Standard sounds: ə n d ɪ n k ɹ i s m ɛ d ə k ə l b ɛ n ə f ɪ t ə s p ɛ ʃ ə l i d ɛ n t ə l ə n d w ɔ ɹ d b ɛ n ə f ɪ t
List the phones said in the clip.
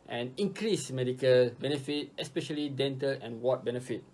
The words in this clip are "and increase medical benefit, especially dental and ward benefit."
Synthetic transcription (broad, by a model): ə n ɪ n k ɹ i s m ɛ d ə k ə l b ɛ n ə f ɪ t ə s p ɛ ʃ ə l i d ɛ n t ə l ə n w ɔ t b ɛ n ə f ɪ t